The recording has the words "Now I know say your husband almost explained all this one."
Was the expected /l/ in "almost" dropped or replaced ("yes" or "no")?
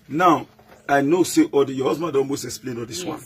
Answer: yes